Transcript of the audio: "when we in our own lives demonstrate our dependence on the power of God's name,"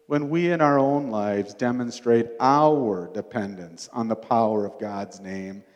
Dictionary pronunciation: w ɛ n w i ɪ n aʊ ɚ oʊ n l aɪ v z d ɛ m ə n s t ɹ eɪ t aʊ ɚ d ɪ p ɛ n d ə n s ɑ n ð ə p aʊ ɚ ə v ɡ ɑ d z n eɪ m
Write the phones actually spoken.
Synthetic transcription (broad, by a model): w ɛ n w i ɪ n aʊ ɚ oʊ n l aɪ v z d ɛ m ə n s t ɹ eɪ t aʊ ɚ d ɪ p ɛ n d ə n s n ð ə p aʊ ɚ ə v ɡ ɑ d z n eɪ m